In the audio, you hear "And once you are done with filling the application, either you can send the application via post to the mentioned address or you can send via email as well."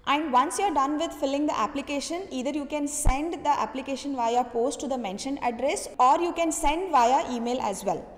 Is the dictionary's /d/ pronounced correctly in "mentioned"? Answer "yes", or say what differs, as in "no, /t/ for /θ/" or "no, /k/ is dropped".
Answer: no, /d/ is dropped